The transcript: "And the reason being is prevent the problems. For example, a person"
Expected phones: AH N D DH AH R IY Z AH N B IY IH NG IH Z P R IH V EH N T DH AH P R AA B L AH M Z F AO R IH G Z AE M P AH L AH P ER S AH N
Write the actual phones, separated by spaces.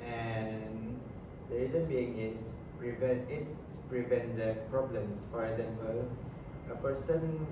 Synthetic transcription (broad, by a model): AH N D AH R IY Z AH N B IY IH NG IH S P R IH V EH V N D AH P R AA B L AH M S F AO R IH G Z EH M P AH L AH P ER S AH N